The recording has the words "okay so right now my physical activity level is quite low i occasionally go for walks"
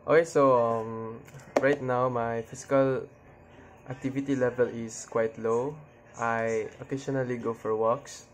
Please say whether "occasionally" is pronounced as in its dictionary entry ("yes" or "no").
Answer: no